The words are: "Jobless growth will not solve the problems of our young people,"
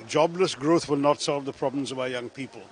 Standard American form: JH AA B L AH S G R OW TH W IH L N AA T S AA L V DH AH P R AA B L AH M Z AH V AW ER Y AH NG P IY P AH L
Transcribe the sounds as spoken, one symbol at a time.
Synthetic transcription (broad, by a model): JH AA B L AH S G R OW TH W IH L N AA T S AA L V DH AH P R AA B L AH M Z AH V AW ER Y AH NG P IY P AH L